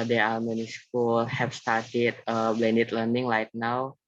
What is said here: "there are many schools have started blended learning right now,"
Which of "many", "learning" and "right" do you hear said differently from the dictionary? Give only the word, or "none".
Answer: right